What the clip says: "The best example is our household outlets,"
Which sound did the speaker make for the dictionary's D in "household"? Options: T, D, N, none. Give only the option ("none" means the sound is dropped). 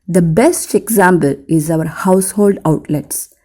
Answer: D